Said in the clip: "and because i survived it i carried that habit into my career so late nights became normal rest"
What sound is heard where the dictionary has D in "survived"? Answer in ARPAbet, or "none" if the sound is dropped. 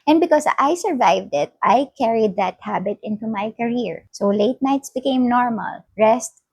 D